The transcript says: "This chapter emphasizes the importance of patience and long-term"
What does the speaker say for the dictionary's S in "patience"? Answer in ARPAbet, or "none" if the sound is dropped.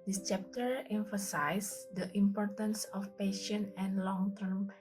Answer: none